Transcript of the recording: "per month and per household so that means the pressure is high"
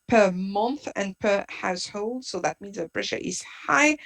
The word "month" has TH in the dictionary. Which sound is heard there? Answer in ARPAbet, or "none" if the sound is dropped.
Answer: TH